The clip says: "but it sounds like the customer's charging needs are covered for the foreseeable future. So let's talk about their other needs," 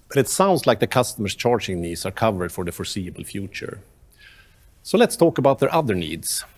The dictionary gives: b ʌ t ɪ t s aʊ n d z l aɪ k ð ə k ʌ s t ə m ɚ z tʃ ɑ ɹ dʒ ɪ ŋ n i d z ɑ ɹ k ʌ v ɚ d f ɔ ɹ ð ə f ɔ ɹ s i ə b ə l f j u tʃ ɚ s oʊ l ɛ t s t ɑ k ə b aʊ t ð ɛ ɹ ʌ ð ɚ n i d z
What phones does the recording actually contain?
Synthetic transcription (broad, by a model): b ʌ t ɪ t s aʊ n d s l aɪ k ð ə k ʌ s t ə m ɚ s tʃ ɑ ɹ dʒ ɪ ŋ n i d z ɑ ɹ k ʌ v ɚ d f ɔ ɹ ð ə f ɔ ɹ s i ə b ə l f j u tʃ ɚ s oʊ l ɛ t s t ɑ k ə b aʊ t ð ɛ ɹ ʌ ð ɚ n i d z